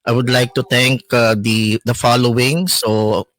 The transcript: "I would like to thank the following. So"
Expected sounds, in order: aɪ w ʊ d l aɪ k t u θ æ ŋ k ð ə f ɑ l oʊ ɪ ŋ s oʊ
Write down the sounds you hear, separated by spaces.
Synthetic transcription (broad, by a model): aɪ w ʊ d l aɪ k t u t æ ŋ k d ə f ɑ l oʊ ɪ ŋ s oʊ